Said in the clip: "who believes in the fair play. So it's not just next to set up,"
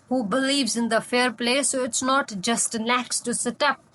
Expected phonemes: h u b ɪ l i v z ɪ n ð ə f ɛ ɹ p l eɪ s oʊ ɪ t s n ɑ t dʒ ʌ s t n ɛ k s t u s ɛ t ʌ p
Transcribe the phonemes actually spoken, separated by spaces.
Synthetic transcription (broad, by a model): h u b ɪ l i v z ɪ n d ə f ɛ ɹ p l eɪ s oʊ ɪ t s n ɑ t dʒ ʌ s t l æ k s t u s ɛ t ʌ p